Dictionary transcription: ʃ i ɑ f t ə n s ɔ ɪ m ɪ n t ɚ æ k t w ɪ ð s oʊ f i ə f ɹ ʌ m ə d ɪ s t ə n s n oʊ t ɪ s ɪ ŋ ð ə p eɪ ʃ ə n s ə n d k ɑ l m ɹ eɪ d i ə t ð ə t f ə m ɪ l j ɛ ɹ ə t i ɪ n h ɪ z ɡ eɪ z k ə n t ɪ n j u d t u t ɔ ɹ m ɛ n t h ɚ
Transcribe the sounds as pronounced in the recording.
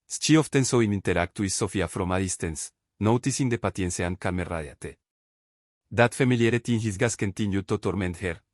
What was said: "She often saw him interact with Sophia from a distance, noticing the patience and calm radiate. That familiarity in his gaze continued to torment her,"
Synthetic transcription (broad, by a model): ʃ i ɑ f t ə n s ɔ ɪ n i n t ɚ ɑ k t w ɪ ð s oʊ f i ə f ɹ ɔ m ə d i s t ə n s n oʊ t ɪ s ɪ ŋ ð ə p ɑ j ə n s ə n k ɑ l m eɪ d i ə t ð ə t f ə m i l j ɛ ɹ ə t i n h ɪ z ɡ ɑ s k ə n t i n j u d t u t ɔ ɹ m ɛ n t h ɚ